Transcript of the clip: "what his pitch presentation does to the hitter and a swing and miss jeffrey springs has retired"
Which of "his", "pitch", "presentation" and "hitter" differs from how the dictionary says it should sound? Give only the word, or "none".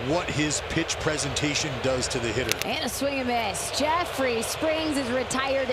none